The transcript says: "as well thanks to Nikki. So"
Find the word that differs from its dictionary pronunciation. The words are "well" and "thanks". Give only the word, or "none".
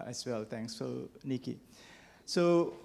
thanks